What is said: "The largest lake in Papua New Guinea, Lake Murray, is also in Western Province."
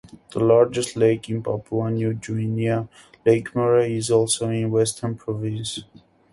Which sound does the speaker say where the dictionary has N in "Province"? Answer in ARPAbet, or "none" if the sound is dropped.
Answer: N